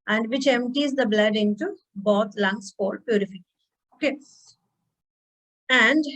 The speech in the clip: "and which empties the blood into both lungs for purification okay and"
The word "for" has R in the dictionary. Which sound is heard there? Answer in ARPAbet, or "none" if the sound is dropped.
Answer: L